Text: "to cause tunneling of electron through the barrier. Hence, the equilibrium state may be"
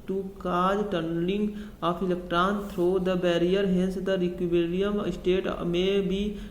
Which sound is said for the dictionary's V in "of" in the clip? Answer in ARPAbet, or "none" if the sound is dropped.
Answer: P